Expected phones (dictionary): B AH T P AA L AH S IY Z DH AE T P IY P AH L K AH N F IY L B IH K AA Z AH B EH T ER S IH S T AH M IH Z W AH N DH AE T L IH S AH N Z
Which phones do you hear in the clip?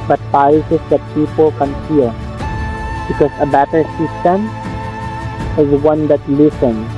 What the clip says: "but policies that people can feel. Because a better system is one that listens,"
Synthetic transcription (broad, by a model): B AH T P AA AH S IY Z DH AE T P IY P AH L K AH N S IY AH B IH K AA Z AH B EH T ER S IH S T AH M IH Z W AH N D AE T L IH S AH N